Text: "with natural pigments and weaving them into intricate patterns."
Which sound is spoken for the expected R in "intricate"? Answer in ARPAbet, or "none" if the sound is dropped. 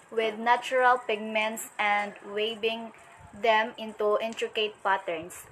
R